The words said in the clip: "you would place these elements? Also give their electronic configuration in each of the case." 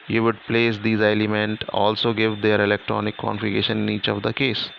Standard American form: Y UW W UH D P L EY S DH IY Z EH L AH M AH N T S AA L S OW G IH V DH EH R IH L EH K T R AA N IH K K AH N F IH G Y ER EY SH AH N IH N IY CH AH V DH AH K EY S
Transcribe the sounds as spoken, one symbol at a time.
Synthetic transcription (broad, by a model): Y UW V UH D P L EY S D IY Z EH L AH M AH N T AA L S OW G IH V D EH R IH L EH K T R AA N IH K K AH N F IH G EY SH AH N IH N IY CH AH V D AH K EY S